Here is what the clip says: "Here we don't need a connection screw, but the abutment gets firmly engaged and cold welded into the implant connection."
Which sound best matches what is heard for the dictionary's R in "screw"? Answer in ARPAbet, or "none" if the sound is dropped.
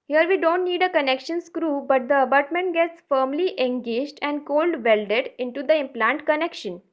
R